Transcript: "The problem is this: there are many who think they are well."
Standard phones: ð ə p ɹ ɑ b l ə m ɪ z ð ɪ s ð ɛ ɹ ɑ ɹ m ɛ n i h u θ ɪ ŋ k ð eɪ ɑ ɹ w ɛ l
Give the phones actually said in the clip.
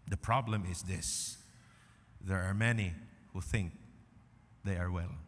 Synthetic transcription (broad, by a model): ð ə p ɹ ɑ b l ə m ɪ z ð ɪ s ð ɛ ɹ ɑ ɹ m ɛ n i h u θ ɪ ŋ k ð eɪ ɑ ɹ w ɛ l